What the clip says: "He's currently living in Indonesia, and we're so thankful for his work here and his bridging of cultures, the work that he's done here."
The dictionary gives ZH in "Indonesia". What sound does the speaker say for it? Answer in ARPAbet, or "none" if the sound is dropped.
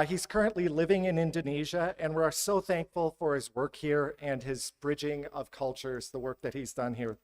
ZH